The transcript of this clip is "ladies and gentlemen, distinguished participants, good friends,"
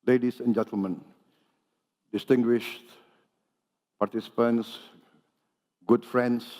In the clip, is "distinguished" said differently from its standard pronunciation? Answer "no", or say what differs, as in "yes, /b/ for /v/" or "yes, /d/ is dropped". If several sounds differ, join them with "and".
no